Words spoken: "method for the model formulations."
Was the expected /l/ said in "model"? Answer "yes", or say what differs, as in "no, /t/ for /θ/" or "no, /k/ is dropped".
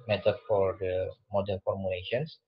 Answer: no, /n/ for /l/